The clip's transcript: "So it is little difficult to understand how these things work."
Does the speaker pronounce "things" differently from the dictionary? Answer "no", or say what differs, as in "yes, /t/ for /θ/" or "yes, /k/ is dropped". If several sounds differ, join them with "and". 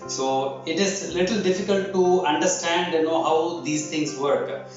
yes, /t/ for /θ/